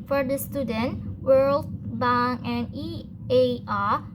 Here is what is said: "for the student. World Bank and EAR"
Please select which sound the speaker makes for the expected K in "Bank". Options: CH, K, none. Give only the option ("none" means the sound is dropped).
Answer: none